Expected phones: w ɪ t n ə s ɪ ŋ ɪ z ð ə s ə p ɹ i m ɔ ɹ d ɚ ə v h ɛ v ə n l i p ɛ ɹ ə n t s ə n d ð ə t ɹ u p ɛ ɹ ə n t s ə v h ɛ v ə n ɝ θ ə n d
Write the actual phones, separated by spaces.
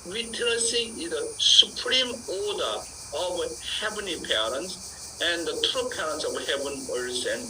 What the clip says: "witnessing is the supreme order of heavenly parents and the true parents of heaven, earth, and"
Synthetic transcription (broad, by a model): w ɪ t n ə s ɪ ɪ z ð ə s ə p ɹ i m ɔ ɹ d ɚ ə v h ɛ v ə n i p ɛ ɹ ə n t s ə n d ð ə t ɹ u p ɛ ɹ ə n t s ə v h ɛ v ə n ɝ s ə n